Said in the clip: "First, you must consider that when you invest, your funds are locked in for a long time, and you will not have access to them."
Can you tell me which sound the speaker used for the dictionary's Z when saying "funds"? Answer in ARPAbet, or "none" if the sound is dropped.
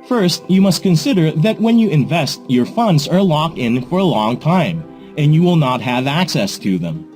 Z